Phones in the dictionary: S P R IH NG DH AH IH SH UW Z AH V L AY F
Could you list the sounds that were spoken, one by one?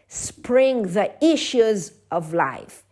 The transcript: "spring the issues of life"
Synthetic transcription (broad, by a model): S P R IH NG DH AH IH SH UW Z AH V L AY F